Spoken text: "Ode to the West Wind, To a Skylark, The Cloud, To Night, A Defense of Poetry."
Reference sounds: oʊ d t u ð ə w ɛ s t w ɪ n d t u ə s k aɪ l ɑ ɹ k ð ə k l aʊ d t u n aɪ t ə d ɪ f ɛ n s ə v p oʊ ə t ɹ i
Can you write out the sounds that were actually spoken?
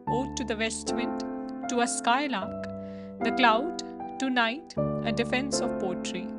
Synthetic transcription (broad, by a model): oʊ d t u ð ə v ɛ s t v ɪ d t u ə s k aɪ l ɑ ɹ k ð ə k l aʊ d t u n aɪ t ə d ɪ f ɛ n s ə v p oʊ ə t ɹ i